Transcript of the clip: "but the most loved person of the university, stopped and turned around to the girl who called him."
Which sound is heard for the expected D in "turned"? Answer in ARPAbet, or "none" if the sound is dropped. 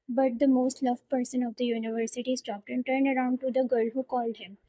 D